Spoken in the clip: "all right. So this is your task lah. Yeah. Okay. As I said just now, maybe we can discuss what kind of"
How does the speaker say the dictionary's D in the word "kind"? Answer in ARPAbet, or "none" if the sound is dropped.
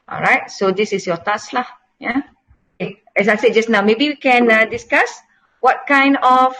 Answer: D